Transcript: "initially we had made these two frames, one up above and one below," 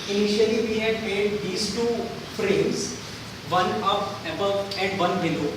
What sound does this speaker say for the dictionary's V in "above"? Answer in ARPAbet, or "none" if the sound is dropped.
none